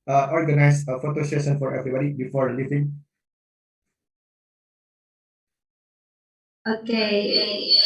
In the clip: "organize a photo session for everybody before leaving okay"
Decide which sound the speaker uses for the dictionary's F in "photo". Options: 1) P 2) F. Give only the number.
2